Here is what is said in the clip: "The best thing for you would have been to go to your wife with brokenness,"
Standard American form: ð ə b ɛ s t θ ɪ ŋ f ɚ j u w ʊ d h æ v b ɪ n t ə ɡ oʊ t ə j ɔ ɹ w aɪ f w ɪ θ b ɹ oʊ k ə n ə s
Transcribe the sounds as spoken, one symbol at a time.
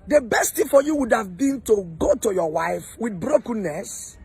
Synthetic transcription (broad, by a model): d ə b ɛ s t t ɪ f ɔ j u w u d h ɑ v b ɪ n t ə ɡ oʊ t ə j ɔ w aɪ f w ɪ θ b ɹ oʊ k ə n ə s